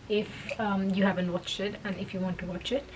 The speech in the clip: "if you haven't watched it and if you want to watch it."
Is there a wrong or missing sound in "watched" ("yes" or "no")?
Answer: no